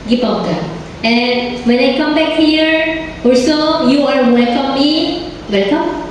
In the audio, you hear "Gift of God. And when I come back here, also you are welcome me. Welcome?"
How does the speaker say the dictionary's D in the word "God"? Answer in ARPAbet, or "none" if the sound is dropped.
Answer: none